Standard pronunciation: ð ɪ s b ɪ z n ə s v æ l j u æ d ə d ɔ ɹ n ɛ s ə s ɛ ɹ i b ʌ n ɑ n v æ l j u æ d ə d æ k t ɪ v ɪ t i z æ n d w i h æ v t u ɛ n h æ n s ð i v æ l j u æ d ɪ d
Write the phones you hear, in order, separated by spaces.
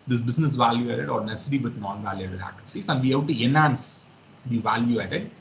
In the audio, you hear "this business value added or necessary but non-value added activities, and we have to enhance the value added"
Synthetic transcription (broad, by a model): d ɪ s b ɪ s n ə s v æ l j u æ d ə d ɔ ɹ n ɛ s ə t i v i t n ɑ n v æ l j u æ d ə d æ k t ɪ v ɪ t i s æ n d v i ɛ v t u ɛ n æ n s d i v æ l j u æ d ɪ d